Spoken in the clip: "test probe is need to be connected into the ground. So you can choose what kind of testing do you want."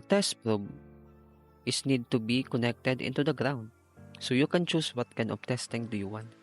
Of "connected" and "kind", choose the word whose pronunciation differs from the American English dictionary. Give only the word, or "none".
kind